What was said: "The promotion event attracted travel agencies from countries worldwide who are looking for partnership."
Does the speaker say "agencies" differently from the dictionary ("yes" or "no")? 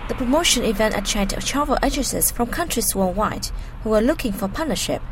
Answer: yes